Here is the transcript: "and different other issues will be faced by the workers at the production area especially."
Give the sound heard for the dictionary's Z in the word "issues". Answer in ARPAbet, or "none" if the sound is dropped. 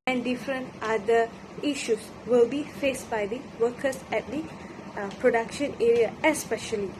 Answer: S